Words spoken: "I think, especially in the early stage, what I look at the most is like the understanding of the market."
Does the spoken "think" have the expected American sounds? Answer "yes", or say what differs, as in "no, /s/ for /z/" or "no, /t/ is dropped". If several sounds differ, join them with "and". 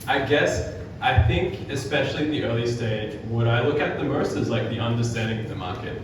yes